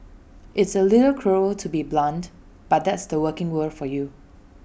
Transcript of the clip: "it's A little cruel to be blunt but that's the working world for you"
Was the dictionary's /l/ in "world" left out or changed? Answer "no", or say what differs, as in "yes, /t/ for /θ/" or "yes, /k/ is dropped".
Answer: yes, /l/ is dropped